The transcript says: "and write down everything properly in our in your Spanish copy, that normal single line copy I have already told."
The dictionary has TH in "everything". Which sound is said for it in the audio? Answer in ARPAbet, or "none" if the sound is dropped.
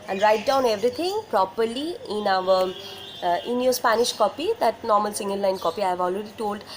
T